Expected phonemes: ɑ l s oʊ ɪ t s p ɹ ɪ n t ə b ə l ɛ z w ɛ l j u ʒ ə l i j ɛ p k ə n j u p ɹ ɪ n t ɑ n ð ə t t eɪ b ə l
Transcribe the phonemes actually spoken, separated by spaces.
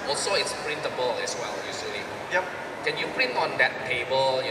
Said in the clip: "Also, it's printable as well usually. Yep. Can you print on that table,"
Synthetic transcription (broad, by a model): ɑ l s oʊ ɪ t s p ɹ ɪ n t ə b ə l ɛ s w ɛ l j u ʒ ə l i j ɛ p k ə n j u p ɹ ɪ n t ɑ n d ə t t eɪ b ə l